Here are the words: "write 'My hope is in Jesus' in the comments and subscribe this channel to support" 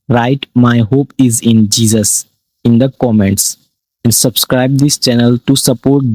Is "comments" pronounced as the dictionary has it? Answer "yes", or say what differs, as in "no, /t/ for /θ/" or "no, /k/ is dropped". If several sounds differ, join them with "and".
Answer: yes